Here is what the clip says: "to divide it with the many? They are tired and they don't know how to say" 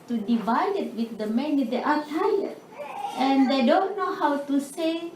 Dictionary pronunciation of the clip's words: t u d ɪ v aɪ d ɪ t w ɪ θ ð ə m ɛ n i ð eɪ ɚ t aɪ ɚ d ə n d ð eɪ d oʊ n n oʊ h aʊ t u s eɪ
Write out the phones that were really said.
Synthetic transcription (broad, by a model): t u d ɪ v aɪ d ɪ t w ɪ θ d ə m ɛ n i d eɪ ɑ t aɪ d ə n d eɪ d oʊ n n oʊ h aʊ t u s eɪ